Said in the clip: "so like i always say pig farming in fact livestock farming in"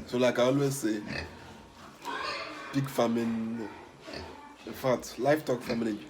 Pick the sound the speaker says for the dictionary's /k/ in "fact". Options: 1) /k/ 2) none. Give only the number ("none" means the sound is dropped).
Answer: 2